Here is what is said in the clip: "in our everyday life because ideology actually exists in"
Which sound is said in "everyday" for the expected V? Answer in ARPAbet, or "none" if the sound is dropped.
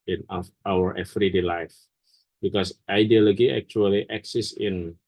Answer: F